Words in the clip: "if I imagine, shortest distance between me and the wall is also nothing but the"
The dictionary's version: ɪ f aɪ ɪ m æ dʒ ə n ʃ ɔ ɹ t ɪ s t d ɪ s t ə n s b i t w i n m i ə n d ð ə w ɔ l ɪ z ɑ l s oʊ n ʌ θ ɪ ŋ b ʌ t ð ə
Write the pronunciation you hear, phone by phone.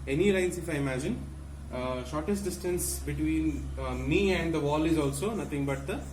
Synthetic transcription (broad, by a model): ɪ f aɪ ɪ m æ dʒ ə n ʃ ɔ ɹ t ɪ s t d ɪ s t ə n s b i t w i n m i ə n d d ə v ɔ l ɪ z ɑ l s oʊ n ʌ t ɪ ŋ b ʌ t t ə